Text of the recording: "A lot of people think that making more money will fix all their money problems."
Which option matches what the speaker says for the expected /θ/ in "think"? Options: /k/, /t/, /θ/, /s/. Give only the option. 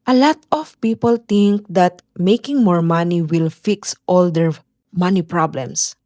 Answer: /t/